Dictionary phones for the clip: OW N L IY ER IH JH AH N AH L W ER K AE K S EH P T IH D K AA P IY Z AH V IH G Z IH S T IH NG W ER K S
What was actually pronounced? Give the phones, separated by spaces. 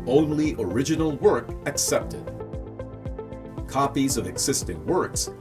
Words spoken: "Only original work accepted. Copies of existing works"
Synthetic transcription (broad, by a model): OW N L IY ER IH JH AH N L W ER K AE K S EH P T IH D K AA P IY Z AH V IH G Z IH S T IH NG W ER K S